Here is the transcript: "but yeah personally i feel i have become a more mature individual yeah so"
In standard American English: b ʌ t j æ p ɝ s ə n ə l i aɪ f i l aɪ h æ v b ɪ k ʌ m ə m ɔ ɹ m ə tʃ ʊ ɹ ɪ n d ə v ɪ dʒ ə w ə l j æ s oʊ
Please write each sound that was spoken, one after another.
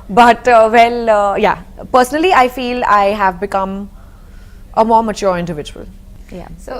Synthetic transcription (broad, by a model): b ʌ t j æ p ɝ s ə n ə l i aɪ f i l aɪ h æ v b ɪ k ʌ m ə m ɔ ɹ m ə tʃ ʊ ɹ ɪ n d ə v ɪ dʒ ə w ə l j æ s oʊ